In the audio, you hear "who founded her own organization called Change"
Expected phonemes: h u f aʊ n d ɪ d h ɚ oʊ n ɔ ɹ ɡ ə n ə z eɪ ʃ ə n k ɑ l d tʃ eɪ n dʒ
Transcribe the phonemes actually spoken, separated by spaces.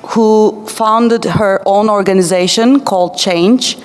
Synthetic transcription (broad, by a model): h u f aʊ n d ɪ d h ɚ oʊ n ɔ ɹ ɡ ə n ə z eɪ ʃ ə n k ɑ l d tʃ eɪ n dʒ